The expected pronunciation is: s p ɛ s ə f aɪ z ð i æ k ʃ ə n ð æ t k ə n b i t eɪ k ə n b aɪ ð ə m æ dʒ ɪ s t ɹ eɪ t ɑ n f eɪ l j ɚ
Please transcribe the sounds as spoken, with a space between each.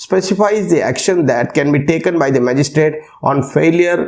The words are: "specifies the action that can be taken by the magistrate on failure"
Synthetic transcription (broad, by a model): s p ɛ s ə f aɪ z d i æ k ʃ ə n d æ t k ə n b i t eɪ k ə n b aɪ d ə m æ dʒ ɪ s t ɹ eɪ t ɑ n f eɪ l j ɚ